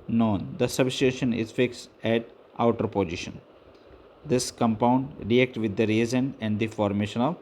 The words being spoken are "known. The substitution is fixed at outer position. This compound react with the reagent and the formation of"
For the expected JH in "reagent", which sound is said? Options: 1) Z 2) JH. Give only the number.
1